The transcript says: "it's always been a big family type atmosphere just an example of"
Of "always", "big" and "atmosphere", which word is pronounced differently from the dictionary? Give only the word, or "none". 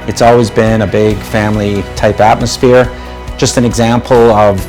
none